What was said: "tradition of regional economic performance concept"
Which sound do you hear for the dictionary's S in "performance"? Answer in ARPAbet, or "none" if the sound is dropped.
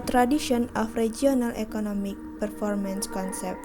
S